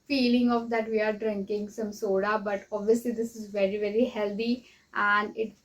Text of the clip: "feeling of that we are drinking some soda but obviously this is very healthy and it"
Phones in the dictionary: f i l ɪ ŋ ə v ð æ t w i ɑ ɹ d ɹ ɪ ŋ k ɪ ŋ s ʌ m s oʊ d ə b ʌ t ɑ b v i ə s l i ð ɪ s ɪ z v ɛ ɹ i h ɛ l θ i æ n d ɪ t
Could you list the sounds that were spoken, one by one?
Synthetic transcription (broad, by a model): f i l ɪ ŋ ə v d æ t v i ɑ ɹ d ɹ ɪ ŋ k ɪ ŋ s ʌ m s oʊ d ə b ʌ t ɑ b v i ə s l i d ɪ s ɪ z v ɛ ɹ i h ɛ l t i æ n d ɪ t